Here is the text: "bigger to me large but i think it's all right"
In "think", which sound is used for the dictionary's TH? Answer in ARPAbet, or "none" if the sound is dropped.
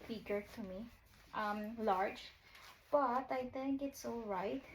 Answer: T